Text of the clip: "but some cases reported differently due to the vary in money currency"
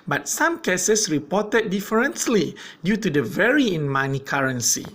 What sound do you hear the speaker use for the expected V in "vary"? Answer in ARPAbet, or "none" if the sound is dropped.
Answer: V